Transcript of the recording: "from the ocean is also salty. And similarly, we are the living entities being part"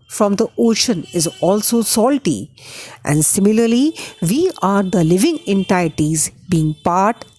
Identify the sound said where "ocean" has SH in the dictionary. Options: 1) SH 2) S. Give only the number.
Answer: 1